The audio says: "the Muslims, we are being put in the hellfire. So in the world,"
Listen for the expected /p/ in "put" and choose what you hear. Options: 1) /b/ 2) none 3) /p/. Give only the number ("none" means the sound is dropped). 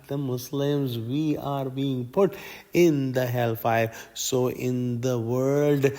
3